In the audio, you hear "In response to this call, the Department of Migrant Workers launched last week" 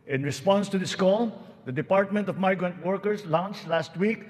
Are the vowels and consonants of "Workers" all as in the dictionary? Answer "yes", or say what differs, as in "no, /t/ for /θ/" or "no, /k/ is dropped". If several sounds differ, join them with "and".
no, /s/ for /z/